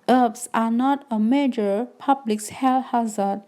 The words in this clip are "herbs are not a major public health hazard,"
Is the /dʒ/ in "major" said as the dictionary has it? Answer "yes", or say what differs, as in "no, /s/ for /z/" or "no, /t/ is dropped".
yes